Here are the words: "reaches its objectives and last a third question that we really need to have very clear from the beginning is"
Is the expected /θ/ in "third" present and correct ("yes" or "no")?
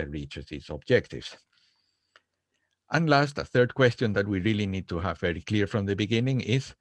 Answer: yes